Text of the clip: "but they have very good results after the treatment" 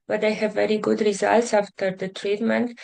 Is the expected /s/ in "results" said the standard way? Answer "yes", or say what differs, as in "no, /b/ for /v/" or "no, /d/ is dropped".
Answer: yes